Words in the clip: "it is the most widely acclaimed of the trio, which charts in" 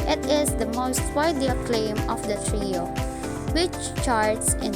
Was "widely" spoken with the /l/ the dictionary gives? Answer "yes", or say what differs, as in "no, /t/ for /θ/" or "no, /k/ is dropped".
no, /l/ is dropped